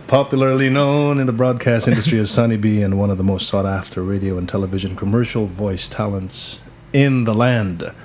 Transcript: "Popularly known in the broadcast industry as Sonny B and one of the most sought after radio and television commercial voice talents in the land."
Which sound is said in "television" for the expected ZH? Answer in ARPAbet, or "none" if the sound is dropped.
ZH